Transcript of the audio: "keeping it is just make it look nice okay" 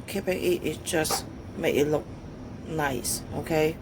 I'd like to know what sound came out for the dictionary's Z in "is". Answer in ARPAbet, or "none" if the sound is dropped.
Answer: S